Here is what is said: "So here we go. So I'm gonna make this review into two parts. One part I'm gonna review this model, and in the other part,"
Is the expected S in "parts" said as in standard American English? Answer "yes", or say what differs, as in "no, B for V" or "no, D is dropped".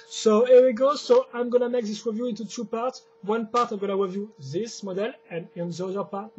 yes